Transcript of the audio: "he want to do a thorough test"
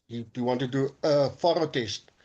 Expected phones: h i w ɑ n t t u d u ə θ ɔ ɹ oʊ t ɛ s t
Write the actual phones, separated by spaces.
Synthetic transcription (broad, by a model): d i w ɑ n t t u d u ə f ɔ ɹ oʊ t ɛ s t